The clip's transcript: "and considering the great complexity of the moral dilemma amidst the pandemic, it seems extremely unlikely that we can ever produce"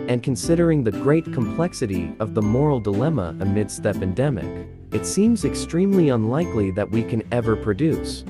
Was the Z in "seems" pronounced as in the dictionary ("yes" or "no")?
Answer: yes